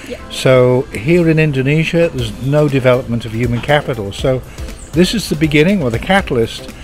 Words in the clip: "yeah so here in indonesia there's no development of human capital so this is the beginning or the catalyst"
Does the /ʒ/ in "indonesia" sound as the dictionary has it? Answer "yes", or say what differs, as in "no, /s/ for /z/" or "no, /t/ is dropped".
yes